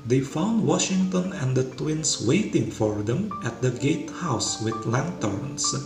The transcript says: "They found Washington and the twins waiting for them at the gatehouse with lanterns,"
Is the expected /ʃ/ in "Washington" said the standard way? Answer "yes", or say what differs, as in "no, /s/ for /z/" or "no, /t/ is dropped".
yes